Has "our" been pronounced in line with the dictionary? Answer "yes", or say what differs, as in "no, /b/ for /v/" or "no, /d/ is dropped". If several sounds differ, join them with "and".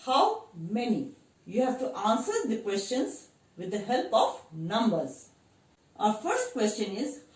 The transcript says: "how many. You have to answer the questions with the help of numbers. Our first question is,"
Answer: yes